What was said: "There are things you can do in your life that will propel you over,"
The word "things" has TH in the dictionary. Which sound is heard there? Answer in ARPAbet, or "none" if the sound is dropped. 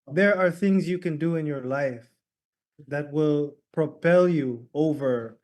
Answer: TH